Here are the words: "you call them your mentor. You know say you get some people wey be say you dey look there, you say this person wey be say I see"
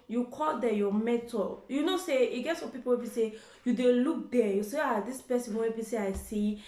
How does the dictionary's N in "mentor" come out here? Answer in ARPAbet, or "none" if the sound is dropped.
none